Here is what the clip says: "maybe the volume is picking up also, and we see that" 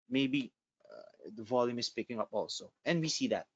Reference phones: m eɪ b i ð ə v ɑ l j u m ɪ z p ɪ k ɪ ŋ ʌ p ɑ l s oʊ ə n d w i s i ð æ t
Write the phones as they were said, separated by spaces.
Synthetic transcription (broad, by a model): m eɪ b i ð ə v ɑ l j u m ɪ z p ɪ k ɪ ŋ ʌ p ɑ l s oʊ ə n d w i s i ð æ t